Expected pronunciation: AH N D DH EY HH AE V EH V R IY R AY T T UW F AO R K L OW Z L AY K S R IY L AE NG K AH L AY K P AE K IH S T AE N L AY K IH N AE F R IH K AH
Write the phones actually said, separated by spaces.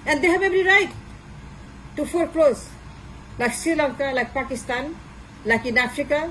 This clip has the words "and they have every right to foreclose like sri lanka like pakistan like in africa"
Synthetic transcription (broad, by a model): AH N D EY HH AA B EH B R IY R AY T T UW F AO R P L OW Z L AY K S IY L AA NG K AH L AY K P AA K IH S T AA N L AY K IH N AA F R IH K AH